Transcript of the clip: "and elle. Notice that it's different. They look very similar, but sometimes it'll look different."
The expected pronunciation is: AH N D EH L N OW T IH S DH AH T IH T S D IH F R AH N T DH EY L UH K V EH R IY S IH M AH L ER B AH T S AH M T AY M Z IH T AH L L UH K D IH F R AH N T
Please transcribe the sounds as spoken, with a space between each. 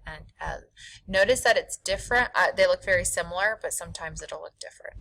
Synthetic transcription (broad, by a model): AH N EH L N OW T IH S DH AH T IH T S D IH F R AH N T DH EY L UH K V EH R IY S IH M L ER B AH T S AH M T AY M Z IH T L L UH K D IH F R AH N T